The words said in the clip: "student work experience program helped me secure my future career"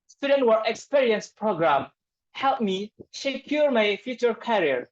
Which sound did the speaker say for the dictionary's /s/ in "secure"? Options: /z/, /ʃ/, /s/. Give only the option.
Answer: /ʃ/